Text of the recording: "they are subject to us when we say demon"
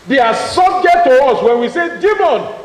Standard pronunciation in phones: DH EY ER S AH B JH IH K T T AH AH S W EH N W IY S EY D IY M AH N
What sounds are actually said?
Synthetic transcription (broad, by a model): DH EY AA S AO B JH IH T T AH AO S W EH N W IY S EY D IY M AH N